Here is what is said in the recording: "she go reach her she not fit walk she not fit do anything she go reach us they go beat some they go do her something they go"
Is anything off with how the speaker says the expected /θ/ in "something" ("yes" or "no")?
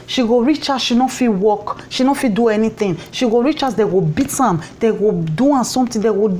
yes